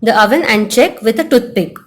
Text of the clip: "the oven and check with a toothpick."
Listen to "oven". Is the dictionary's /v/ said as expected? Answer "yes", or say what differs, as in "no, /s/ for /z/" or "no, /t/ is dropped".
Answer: yes